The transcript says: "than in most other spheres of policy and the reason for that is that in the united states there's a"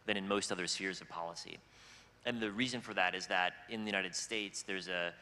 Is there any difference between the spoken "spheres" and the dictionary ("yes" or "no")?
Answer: no